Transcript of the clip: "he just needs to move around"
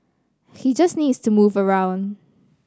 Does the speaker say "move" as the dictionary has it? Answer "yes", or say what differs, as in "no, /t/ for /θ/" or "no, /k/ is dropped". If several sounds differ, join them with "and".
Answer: yes